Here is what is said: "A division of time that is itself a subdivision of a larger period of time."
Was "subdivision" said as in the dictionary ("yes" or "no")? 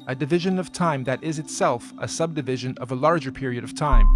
yes